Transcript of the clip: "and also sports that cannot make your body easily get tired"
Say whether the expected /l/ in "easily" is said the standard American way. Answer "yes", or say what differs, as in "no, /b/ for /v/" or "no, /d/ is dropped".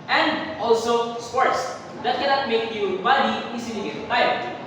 no, /n/ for /l/